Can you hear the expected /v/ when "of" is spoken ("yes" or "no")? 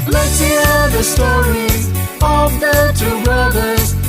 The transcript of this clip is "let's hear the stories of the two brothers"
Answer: yes